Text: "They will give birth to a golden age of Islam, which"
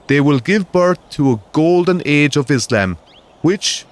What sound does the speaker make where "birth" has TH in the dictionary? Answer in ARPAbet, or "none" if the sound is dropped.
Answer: TH